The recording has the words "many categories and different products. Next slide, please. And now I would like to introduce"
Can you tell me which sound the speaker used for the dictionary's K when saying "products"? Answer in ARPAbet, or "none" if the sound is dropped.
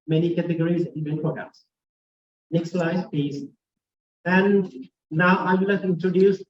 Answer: none